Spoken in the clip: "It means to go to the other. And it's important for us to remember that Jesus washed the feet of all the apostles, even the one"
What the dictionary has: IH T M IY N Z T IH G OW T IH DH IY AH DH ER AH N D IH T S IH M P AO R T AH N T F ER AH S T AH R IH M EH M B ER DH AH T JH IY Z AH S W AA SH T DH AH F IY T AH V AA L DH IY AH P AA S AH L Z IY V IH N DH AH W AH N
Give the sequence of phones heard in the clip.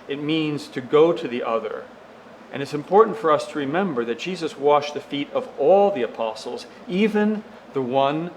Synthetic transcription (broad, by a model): IH T M IY N Z T IH G OW T IH DH IY AH DH ER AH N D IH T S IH M P AO R T N T F ER AH S T AH R IH M EH M B ER DH AH T JH IY Z AH S W AA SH DH AH F IY T AH V AA L DH IY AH P AA S L Z IY V IH N DH AH W AH N